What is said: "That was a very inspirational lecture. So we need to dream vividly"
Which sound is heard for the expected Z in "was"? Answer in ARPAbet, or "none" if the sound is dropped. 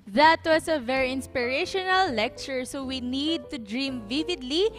S